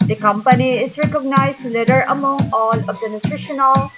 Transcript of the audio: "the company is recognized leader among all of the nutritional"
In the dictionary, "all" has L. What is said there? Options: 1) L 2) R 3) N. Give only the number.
3